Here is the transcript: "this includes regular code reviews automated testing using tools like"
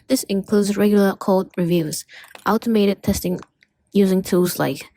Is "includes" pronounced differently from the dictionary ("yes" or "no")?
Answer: no